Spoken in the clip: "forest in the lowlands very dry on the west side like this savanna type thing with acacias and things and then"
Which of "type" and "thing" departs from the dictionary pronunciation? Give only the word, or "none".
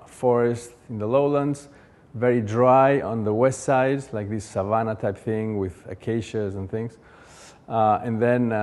none